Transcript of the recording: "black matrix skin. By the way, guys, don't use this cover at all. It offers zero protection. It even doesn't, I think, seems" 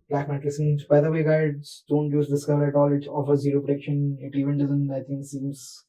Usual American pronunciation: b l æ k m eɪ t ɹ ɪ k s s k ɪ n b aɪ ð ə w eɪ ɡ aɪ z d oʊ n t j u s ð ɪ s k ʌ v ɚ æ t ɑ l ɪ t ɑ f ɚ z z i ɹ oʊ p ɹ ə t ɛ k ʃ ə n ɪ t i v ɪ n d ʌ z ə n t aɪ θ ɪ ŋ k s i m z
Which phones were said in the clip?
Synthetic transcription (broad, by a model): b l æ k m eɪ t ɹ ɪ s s ɪ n b aɪ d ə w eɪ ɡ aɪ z d oʊ n t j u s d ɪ s k ʌ v ɚ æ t ɑ l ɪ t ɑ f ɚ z z i ɹ oʊ p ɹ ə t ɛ k ʃ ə n ɪ t i v ɪ n d ʌ z ə n t aɪ t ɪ ŋ k s i m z